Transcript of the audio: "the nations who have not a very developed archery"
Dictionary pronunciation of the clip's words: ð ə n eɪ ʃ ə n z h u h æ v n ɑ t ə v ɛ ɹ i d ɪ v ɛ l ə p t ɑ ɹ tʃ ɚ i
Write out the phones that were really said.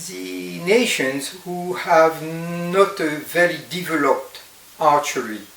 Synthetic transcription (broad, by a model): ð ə n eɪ ʃ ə n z h u h æ v n ɑ t ə v ɛ ɹ i d ɪ v ɛ l ə p t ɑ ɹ tʃ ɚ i